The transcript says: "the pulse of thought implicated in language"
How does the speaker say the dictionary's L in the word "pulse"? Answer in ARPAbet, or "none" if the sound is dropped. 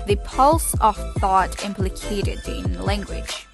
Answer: L